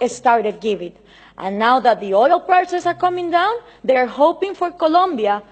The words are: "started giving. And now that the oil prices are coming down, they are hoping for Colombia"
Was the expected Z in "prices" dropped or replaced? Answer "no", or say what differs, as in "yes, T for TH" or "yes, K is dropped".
yes, S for Z